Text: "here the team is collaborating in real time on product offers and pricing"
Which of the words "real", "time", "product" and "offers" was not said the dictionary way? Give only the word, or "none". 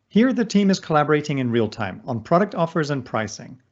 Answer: none